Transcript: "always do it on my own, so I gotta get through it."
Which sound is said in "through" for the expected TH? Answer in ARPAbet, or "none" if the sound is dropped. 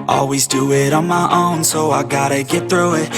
TH